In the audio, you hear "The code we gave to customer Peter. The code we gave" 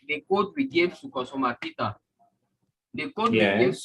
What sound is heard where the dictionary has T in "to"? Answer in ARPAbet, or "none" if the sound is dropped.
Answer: S